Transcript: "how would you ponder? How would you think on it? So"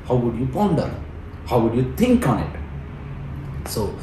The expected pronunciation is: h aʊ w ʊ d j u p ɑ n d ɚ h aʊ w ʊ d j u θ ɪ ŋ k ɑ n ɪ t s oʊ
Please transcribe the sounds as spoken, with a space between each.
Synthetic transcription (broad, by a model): h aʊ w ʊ d j u p ɑ n d ɚ h aʊ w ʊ d j u t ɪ ŋ k ɑ n ɪ t s oʊ